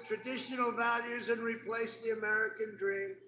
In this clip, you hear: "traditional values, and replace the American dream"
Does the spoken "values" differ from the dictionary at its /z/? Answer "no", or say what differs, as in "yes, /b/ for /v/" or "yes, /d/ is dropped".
no